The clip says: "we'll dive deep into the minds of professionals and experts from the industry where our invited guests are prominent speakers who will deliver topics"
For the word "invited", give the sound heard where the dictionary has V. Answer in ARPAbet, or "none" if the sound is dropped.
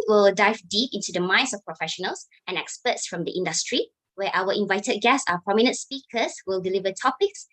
V